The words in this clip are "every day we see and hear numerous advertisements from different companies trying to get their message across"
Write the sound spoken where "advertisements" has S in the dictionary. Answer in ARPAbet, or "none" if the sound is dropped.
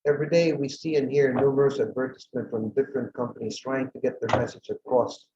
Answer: none